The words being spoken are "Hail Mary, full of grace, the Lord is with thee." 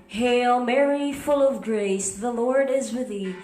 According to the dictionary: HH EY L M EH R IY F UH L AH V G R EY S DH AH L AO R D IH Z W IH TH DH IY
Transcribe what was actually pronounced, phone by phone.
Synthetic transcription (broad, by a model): HH EY L M EH R IY F UH L AH V G R EY S DH AH L AO R D IH Z W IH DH IY